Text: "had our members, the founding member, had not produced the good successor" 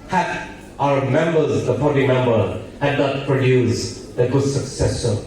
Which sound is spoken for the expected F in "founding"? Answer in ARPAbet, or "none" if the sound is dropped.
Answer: P